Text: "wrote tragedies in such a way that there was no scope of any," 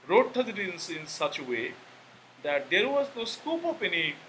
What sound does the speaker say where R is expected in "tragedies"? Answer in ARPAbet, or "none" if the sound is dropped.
none